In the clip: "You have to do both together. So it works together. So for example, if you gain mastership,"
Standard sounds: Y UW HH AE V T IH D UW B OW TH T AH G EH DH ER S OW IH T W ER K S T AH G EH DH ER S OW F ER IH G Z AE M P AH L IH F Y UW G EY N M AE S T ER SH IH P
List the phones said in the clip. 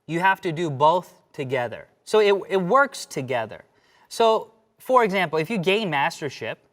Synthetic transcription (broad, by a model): Y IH HH AE F T IH D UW B OW TH T AH G EH DH ER S OW IH T W ER K S T AH G EH DH ER S OW F ER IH G Z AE M P L IH F Y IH G EY N M AE S T ER SH IH P